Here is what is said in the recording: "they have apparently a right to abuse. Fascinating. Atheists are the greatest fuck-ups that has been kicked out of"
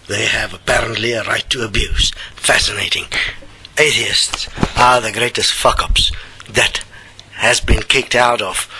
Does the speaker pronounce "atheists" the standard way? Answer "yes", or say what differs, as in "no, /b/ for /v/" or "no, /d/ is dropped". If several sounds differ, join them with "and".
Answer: yes